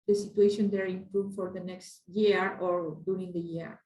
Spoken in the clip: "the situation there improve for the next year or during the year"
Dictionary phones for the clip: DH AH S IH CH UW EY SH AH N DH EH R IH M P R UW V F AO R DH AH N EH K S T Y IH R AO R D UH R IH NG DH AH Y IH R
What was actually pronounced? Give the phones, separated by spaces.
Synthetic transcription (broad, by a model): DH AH S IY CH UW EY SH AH N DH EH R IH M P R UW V F AO R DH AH N EH K S T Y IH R AO R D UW R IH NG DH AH Y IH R